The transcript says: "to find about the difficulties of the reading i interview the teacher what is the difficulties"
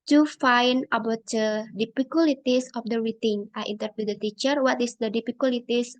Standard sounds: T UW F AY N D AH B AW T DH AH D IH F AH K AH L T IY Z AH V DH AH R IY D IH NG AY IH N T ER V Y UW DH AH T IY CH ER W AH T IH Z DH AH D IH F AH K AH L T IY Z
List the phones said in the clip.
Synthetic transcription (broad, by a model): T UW F AY N AH B AW T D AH D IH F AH K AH L T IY S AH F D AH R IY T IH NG AY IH N T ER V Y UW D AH T IY CH ER W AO T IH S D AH D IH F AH K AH L T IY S